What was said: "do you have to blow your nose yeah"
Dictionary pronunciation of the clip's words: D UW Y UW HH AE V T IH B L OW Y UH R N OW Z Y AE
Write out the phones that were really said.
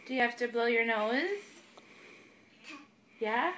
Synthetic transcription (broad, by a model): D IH Y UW HH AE F T IH B L OW Y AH R N OW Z Y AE